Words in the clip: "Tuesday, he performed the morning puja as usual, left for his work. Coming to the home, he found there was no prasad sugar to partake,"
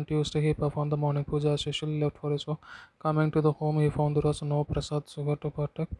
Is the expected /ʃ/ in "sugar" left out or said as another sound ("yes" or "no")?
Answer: yes